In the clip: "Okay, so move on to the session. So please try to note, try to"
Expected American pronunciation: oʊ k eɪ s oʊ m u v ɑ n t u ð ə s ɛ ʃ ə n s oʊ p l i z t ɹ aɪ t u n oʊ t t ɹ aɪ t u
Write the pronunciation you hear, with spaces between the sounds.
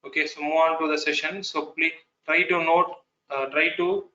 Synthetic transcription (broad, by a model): oʊ k eɪ s oʊ m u ɑ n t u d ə s ɛ ʃ ə n s oʊ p l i t ɹ aɪ t u n oʊ t t ɹ aɪ t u